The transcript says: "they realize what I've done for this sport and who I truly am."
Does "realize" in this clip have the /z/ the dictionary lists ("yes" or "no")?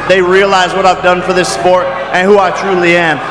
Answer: yes